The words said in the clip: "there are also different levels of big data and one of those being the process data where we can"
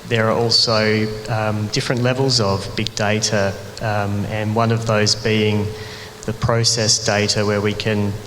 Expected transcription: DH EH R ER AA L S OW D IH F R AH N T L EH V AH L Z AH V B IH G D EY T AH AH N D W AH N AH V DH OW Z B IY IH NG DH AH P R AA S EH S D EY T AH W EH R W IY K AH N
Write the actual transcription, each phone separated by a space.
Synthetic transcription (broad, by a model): DH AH R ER AA L S OW D IH F R AH N T L EH V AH L Z AH V B IH G D EY T AH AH N W AH N AH V DH OW Z B IY IH NG DH AH P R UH S EH S D EY T AH W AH R W IY K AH N